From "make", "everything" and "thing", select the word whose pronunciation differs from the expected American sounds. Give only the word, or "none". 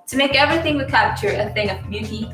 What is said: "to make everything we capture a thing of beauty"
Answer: none